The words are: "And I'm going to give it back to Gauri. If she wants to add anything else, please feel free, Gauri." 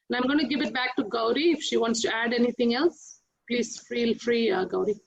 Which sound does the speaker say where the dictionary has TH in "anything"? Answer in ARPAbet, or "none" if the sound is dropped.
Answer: T